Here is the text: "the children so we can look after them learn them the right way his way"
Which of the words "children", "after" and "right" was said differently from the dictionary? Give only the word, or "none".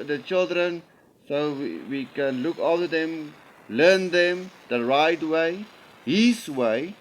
after